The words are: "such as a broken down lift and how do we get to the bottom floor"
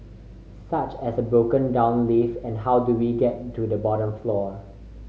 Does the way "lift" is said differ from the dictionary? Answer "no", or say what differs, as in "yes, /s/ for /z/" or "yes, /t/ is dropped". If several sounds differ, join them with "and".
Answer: yes, /t/ is dropped